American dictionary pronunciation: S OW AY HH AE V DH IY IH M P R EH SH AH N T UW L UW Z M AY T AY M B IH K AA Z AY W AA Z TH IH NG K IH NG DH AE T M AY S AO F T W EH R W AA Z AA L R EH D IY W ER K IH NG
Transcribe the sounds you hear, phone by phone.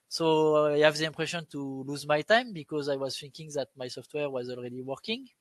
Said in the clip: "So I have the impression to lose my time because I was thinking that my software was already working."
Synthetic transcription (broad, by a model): S OW AY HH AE V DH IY IH M P R EH SH AH N T UW L UW Z M AY T AY M B IH K AA Z AY W AA Z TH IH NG K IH NG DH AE T M AY S AO F T W EH R W AA Z AA L R EH D IY W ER K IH NG